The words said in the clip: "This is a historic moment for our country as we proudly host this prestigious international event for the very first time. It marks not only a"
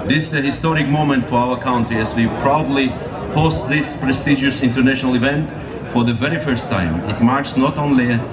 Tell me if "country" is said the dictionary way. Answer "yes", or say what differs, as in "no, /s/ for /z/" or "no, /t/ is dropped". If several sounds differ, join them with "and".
no, /ɹ/ is dropped